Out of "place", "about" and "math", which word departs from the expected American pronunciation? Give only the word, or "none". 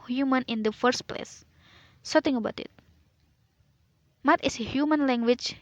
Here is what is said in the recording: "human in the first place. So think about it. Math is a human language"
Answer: math